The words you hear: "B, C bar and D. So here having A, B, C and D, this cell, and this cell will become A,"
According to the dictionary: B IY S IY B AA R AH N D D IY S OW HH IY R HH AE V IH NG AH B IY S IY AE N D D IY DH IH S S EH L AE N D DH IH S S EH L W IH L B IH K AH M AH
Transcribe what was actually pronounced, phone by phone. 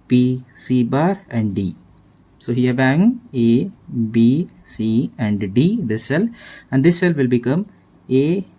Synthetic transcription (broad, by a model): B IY S IY B AA R AH N D D IY S OW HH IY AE B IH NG AH B IY S IY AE N D D IY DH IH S S EH L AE N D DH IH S S EH L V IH L B IH K AH M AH